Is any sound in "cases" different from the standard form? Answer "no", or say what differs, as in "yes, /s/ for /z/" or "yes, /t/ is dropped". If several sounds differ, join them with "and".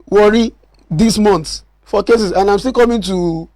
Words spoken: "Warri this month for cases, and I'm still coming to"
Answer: yes, /s/ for /z/